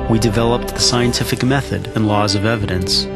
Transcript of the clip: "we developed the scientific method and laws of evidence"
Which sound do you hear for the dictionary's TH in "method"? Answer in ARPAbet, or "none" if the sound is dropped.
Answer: TH